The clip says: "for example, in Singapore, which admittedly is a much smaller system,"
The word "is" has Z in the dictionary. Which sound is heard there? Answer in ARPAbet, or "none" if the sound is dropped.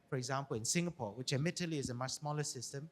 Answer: Z